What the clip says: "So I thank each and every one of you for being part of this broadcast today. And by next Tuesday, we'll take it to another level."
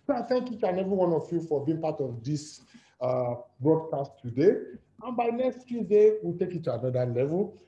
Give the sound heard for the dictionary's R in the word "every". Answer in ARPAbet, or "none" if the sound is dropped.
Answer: none